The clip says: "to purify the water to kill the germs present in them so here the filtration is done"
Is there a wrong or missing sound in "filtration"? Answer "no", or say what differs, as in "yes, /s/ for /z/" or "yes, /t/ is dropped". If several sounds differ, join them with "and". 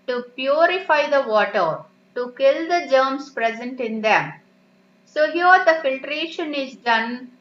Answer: no